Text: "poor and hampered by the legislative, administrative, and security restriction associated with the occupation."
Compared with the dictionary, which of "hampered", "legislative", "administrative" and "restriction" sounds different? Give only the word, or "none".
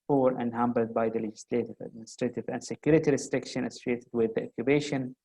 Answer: hampered